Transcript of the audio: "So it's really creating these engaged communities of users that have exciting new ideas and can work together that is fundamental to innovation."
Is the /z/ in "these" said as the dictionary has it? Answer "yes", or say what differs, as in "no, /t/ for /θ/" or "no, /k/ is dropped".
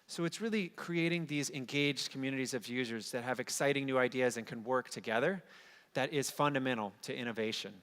yes